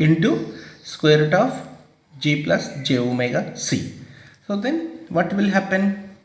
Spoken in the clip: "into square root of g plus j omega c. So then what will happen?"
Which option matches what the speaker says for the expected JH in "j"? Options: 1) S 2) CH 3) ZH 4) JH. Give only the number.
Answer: 4